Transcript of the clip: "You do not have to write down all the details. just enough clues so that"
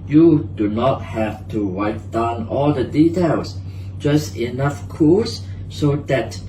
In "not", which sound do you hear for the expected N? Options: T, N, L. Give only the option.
N